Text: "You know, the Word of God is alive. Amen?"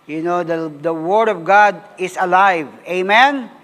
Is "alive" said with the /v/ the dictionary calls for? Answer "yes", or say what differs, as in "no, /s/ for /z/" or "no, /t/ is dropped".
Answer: yes